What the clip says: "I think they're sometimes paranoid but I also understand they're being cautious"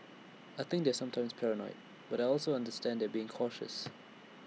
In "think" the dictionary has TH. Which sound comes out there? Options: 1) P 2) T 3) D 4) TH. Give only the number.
4